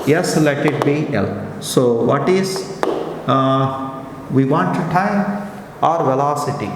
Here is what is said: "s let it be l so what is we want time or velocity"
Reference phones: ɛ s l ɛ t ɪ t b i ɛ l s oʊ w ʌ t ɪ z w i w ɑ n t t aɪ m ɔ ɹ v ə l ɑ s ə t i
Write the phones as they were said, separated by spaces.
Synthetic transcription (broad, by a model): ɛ s l ɛ t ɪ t b i ɛ l s oʊ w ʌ t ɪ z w i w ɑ n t t aɪ m ɔ ɹ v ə l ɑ s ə t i